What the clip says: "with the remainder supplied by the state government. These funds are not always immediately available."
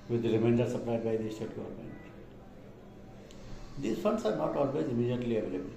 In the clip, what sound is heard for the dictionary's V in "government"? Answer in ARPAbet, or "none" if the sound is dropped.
none